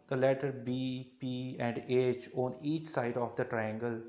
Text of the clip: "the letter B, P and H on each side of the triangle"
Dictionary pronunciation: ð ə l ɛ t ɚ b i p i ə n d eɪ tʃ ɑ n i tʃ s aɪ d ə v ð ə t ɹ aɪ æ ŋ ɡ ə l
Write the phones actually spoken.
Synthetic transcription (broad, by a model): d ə l ɛ t ɚ b i p i ə n d eɪ tʃ ɑ n i tʃ s aɪ d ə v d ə t ɹ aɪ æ ŋ ɡ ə l